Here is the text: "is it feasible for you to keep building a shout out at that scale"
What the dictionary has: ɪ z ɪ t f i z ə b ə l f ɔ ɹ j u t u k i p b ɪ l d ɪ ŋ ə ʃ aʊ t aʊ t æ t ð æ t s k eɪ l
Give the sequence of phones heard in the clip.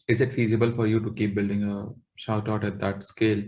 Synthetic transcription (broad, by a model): ɪ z ɪ t f i z ə b ə l f ɔ ɹ j u t u k i p b ɪ l d ɪ ŋ ə ʃ aʊ t aʊ t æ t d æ t s k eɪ l